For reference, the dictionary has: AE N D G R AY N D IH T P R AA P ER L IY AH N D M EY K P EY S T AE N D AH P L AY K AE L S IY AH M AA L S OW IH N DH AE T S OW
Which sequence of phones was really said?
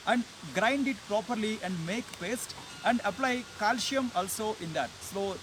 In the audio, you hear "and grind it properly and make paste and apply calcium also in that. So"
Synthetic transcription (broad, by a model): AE N D G R AY N D IH T P R AA P ER L IY AH N D M EY K P EY S T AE N D AH P L AY K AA L SH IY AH M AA L S OW IH N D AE T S OW